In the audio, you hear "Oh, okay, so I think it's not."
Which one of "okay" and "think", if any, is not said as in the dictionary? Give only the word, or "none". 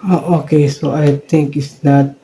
think